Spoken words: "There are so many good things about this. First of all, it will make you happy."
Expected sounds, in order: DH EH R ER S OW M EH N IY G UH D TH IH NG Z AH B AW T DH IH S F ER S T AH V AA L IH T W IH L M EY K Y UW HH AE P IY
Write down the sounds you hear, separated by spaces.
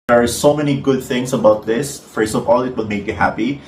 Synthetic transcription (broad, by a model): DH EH R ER S OW M EH N IY G UH D TH IH NG S AH B AW T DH IH S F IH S AH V AA L IH T W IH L M EY K Y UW HH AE P IY